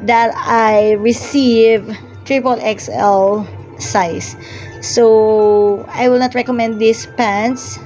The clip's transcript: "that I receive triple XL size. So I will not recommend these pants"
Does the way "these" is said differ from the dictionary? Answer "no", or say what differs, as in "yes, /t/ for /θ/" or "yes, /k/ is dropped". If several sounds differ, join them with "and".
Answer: yes, /s/ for /z/